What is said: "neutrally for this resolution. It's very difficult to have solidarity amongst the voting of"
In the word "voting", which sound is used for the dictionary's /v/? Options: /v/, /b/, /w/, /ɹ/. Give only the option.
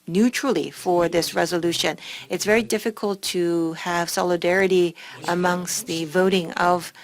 /v/